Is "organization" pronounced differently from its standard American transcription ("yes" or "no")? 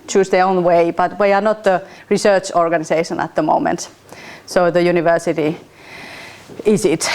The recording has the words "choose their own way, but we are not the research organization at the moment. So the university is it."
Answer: yes